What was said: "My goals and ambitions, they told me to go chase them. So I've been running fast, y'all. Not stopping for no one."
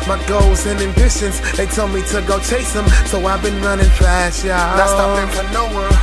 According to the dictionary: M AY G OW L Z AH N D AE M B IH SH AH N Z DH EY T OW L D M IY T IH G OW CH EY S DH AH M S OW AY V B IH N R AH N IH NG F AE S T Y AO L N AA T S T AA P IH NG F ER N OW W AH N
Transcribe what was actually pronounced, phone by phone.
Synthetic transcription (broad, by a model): M AY G OW L Z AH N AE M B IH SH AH N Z DH EY T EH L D M IY T IH G OW CH EY S DH AH M S OW AY V B IH N R AH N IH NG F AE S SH Y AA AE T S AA IH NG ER N OW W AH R